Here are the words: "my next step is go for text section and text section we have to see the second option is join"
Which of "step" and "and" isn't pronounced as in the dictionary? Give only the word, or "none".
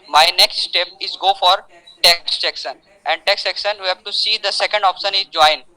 none